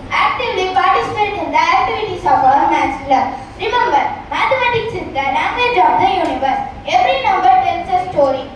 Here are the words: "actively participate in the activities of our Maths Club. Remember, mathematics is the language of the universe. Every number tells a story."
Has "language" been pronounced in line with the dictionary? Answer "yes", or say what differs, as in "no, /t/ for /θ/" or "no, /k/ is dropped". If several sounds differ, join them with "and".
no, /n/ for /l/